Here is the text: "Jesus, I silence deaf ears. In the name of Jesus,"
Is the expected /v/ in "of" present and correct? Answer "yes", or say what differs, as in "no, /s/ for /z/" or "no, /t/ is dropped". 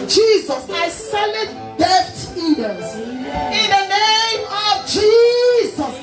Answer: yes